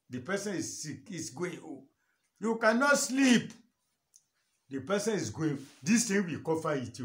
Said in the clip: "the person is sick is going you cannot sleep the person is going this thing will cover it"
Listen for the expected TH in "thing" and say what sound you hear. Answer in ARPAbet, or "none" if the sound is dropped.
T